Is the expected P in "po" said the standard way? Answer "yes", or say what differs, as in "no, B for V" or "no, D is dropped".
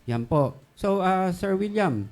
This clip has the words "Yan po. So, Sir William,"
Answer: yes